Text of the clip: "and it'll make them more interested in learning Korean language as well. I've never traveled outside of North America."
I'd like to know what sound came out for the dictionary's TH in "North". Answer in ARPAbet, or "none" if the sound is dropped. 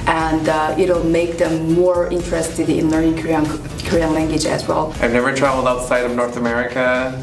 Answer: TH